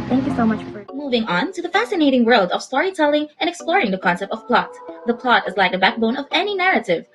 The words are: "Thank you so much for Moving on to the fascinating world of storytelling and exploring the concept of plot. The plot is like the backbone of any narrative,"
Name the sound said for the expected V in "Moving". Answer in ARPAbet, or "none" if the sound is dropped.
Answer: V